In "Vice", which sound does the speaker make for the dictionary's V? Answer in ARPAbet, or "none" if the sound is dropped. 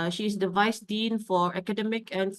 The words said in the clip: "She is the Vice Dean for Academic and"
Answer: V